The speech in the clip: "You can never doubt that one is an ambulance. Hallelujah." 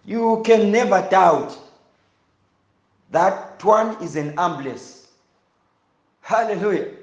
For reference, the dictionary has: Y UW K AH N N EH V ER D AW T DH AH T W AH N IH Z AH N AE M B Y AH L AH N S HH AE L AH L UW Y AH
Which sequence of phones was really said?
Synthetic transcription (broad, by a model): Y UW K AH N N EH V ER D AW T DH AH T W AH N IH Z AH N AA M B L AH S HH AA L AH L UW Y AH